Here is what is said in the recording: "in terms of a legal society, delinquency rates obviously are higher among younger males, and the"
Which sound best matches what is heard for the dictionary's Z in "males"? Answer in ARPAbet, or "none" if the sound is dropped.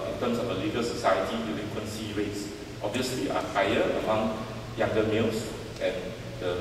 S